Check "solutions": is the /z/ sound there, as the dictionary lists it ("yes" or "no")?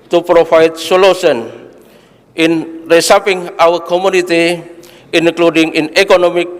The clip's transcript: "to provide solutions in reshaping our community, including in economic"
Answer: no